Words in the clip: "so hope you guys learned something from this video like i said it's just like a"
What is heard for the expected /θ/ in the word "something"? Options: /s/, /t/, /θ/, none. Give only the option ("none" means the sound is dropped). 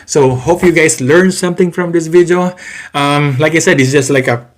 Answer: /t/